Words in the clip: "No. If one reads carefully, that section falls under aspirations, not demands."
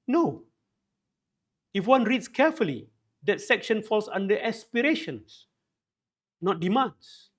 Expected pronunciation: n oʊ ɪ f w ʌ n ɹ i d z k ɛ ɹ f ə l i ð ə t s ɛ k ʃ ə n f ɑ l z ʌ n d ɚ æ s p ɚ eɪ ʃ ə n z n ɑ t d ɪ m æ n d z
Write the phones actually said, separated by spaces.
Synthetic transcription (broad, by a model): n oʊ ɪ f w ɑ n ɹ i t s k ɛ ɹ f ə l i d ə t s ɛ k ʃ ə n f ɑ l s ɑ n d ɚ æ s p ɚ eɪ ʃ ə n s n ɑ t d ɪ m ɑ n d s